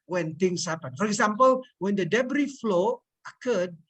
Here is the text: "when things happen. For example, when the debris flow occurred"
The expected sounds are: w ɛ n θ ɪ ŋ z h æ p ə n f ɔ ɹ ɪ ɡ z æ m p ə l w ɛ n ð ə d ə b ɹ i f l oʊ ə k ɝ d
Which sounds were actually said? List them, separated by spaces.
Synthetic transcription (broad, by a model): w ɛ n t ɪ ŋ s h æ p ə n f ɔ ɹ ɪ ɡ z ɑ m p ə l w ɛ n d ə d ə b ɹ i f l oʊ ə k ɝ d